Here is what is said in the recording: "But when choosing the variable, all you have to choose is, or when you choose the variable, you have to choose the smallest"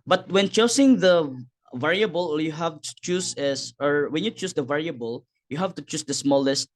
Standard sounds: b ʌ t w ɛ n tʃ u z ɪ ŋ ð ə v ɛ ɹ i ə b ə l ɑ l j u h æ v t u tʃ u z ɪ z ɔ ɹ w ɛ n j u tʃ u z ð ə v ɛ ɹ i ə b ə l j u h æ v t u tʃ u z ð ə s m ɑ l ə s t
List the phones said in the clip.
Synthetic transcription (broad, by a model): b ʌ t w ɛ n tʃ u s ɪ ŋ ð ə v ɛ ɹ i ə b ə l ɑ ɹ j u h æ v t u tʃ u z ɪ s ɔ ɹ w ɛ n j u tʃ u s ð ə v ɛ ɹ i ə b ə l j u h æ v t u tʃ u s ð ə s m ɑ l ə s t